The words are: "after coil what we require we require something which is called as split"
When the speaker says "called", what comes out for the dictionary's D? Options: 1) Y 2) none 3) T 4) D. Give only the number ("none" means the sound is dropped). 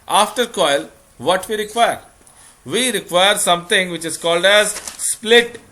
4